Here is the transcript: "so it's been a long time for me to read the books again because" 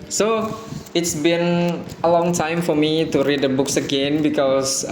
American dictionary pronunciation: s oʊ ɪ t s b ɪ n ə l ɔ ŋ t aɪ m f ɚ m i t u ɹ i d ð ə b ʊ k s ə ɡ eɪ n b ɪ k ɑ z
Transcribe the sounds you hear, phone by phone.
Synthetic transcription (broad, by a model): s oʊ ɪ t s b ɪ n ə l ɔ ŋ t aɪ m f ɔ m i t u ɹ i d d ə b ʊ k s ə ɡ eɪ n b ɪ k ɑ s